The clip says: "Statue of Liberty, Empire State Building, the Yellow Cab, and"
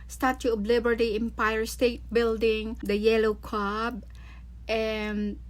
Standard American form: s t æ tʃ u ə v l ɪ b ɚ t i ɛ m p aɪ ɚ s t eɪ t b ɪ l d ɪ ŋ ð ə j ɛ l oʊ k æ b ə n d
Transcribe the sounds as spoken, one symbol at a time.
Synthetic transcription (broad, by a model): s t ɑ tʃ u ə b l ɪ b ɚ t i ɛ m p aɪ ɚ s t eɪ t b ɪ l d ɪ ŋ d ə j ɛ l oʊ k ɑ b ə n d